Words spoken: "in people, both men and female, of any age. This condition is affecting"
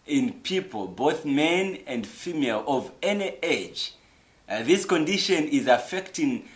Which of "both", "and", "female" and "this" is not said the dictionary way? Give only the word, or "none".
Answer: none